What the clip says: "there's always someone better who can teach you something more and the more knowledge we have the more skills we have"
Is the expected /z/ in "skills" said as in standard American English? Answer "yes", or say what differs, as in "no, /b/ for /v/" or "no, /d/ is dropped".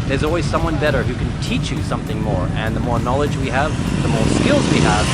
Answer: yes